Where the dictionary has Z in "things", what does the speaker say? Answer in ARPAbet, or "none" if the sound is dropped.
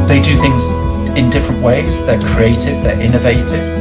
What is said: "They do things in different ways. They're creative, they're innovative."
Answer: Z